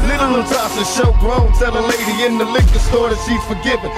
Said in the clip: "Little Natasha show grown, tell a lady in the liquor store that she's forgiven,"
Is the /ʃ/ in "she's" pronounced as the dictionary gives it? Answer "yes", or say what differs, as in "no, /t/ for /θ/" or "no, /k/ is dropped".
no, /s/ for /ʃ/